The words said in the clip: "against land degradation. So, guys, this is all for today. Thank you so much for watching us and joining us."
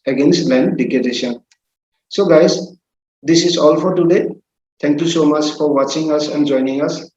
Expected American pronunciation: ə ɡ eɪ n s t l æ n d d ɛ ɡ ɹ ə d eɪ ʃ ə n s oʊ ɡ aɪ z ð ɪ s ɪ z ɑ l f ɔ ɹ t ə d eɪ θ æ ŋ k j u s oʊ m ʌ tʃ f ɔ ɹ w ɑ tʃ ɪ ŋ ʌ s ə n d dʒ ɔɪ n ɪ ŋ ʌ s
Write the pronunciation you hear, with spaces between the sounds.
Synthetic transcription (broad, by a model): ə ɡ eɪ n s t l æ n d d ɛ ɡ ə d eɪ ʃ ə n s oʊ ɡ aɪ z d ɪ s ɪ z ɑ l f ɔ ɹ t ə d eɪ t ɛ ŋ k j u s oʊ m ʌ tʃ f ɔ ɹ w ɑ tʃ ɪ ŋ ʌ s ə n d dʒ ɔɪ n ɪ ŋ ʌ s